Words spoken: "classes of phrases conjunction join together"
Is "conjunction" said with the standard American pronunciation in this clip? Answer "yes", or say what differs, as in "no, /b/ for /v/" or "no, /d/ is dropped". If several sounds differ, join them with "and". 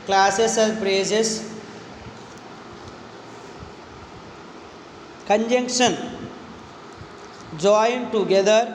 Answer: yes